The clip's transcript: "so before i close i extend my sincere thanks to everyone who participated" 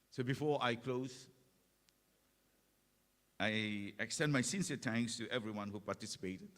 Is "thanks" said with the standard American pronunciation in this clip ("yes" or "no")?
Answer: no